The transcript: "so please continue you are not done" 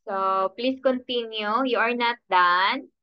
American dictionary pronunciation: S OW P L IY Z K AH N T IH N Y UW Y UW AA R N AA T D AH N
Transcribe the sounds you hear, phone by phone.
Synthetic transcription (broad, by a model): S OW P L IY S K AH N T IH N Y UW Y UW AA R N AA T D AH N